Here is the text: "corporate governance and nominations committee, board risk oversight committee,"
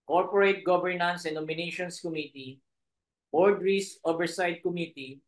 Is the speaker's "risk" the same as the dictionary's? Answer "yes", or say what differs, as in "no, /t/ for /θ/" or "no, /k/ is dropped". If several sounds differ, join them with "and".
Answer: no, /k/ is dropped